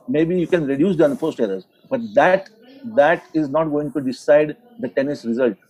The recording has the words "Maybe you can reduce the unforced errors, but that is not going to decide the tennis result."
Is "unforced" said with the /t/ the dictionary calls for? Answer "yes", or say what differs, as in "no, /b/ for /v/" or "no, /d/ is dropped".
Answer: yes